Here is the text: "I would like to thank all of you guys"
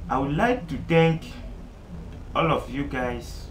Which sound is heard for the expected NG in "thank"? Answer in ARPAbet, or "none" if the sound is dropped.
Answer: none